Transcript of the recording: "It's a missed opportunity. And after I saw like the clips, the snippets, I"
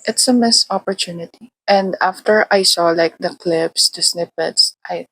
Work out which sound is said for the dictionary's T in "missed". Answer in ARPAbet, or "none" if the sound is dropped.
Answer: none